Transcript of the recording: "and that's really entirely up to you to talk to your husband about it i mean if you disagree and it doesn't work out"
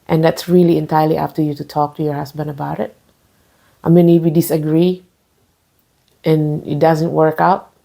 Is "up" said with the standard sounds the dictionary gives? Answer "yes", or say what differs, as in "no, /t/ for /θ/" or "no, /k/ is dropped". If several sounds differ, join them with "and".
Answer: no, /f/ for /p/